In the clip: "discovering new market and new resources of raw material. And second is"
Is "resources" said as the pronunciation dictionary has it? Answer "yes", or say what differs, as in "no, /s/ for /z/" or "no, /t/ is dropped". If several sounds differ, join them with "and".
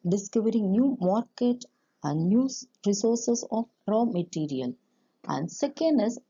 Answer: no, /s/ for /z/